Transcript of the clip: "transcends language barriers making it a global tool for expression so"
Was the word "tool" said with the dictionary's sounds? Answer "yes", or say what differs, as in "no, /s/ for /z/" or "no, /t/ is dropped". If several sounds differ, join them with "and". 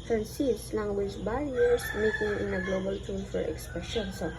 no, /n/ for /l/